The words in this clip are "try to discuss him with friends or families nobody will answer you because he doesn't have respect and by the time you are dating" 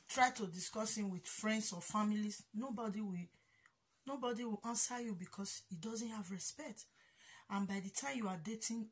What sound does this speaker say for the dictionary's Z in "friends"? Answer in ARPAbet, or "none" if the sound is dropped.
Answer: S